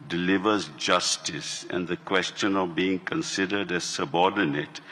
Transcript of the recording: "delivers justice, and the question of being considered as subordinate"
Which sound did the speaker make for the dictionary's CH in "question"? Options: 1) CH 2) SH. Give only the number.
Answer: 1